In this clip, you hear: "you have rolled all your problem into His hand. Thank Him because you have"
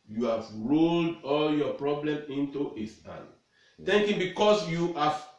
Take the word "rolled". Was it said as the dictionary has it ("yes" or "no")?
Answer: yes